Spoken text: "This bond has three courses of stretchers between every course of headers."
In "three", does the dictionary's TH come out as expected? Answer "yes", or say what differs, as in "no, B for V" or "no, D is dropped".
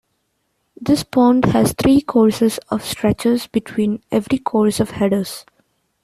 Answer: no, T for TH